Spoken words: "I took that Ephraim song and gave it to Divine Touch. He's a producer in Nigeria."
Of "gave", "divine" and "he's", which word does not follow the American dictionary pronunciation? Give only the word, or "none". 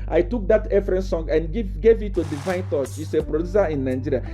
he's